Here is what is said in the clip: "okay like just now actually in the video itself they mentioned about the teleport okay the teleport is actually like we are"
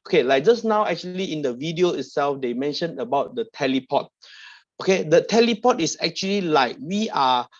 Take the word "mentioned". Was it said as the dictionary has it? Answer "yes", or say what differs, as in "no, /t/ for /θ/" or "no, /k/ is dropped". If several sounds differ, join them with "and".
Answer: no, /d/ is dropped